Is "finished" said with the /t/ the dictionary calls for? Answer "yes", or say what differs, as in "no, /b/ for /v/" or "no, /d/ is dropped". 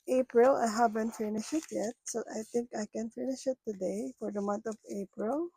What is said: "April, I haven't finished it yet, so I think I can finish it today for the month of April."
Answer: no, /t/ is dropped